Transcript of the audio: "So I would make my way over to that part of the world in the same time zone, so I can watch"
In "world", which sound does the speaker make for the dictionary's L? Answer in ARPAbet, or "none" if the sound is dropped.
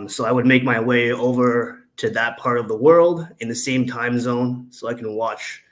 L